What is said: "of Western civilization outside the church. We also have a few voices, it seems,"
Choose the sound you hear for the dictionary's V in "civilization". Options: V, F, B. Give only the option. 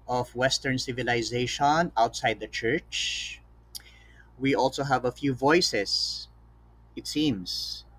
V